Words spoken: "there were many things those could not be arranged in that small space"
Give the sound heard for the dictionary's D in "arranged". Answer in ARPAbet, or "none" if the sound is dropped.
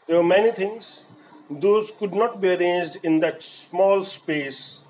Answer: D